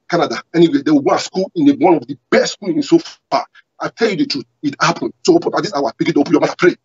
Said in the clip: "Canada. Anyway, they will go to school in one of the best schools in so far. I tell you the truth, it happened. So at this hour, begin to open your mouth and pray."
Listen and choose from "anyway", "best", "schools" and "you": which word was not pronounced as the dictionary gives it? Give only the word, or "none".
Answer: schools